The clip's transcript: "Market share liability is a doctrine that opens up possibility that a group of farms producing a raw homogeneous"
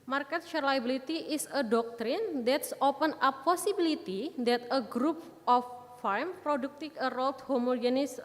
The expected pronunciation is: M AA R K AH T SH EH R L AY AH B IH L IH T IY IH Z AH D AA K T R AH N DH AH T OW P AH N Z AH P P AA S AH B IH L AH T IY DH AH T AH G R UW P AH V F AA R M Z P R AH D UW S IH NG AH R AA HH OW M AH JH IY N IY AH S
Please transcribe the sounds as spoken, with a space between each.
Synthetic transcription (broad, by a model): M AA R K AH T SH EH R L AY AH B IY L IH T IY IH S AH D AA K T R AH N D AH T OW P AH N AH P P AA S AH B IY L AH T IY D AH T AH G R UW P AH F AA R M P R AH D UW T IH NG AH R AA HH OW M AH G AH N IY S